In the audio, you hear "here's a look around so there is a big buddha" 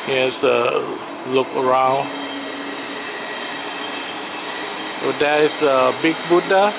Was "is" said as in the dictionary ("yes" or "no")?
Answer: no